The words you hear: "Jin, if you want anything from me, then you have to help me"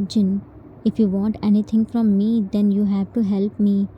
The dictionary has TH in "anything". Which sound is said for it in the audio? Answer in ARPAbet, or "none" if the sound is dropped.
T